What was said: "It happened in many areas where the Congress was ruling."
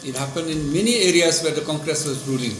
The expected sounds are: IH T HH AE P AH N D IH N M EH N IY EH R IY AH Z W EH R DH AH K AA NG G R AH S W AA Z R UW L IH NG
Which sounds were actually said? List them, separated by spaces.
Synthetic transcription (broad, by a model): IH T HH AE P AH N D IH N M EH N IY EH R IY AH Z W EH R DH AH K AA NG G R AH S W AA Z R UW L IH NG